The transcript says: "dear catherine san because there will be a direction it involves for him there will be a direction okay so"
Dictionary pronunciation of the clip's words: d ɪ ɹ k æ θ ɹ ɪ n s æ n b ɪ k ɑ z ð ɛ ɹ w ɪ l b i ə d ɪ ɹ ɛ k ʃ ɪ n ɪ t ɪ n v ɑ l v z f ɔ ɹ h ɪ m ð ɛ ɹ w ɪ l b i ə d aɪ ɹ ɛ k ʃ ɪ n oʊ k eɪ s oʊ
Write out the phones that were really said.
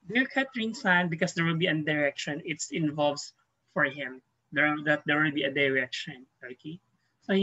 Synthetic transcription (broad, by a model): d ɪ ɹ k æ t ɹ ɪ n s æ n b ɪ k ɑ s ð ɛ ɹ w ɪ l b i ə d ɪ ɹ ɛ k ʃ ɪ n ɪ t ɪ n v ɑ l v s f ɔ ɹ h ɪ m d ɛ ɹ w ɪ l b i ə d aɪ ɹ ɛ k ʃ ɪ n oʊ k eɪ s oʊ